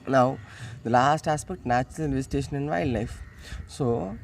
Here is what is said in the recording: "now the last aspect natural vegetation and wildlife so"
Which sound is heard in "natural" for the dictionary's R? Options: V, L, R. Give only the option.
L